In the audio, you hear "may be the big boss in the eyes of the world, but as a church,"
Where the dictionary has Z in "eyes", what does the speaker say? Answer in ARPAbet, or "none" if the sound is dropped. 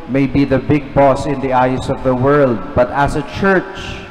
S